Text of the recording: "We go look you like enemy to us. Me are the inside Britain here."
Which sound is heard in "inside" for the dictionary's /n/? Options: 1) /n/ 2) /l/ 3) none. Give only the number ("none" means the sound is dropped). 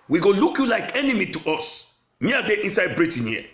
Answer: 3